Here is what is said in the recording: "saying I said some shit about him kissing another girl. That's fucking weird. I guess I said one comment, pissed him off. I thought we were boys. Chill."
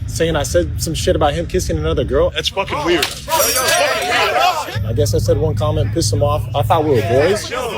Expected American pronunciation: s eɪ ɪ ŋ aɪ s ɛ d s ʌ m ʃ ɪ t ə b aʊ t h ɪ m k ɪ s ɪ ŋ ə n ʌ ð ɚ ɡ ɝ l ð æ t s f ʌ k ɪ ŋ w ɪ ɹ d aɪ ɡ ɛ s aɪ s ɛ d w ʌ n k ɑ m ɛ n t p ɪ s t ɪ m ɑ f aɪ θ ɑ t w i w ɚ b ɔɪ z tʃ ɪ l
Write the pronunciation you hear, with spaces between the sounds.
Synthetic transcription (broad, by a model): s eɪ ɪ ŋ aɪ s ɛ d s ʌ m ʃ ɪ t ə b aʊ t h ɪ m k ɪ s ɪ ŋ ə n ʌ ð ɚ ɡ ɝ l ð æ t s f ʌ k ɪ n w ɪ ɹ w aɪ ɡ ɛ s aɪ s ɛ d w ʌ n k ɑ m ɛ n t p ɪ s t ɪ m ɑ f aɪ f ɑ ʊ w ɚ b ɔɪ z